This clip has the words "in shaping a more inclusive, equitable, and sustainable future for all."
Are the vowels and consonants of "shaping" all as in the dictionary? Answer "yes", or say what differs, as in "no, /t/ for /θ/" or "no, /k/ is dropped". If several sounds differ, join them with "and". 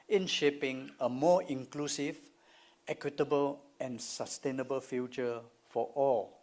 yes